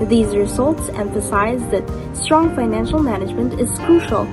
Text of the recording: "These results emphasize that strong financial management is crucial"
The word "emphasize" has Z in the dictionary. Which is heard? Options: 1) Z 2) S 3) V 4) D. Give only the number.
1